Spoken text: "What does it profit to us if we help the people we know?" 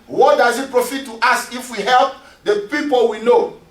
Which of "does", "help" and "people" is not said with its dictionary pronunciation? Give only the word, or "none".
none